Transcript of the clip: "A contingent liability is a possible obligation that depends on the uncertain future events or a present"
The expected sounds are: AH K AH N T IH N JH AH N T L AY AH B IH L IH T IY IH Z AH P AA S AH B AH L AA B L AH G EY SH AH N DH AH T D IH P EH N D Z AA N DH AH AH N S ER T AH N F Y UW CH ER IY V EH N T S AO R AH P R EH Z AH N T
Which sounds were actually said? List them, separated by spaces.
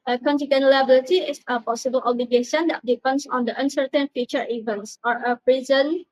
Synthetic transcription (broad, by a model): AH K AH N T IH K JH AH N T L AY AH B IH L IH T IY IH S AH P AA S AH B AH L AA B L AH G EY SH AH N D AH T D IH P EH N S AA N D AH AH N S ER T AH N F Y UW CH ER IY V EH N T S AO R AH P R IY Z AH N